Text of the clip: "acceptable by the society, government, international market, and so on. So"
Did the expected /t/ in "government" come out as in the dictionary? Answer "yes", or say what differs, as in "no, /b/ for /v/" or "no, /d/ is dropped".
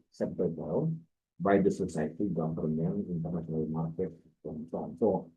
no, /t/ is dropped